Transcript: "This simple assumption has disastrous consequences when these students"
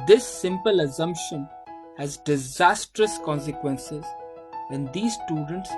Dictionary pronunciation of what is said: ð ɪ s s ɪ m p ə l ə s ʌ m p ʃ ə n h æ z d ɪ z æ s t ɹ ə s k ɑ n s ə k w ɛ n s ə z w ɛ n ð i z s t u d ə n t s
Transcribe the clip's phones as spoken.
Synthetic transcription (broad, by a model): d ɪ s s ɪ m p ə l ə s ʌ m p ʃ ə n h æ z d ɪ z æ s t ɹ ə s k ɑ n s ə k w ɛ n s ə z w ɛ n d i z s t u d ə n t s